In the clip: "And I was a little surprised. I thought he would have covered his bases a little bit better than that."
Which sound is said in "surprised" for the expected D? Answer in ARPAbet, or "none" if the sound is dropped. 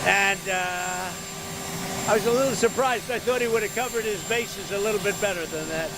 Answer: D